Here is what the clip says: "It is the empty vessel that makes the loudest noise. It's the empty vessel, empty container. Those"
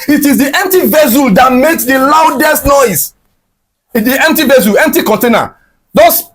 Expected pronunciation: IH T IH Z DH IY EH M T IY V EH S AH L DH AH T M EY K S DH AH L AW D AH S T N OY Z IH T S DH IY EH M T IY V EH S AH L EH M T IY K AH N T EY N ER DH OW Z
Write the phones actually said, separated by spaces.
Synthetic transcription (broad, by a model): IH T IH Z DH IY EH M T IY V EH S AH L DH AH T M EY K S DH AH L AW D AH S T N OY IH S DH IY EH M T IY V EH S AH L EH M T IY K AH N T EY N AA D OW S